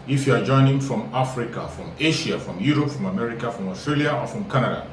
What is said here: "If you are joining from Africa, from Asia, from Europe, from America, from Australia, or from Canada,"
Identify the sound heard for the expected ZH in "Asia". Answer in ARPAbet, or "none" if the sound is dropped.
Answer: SH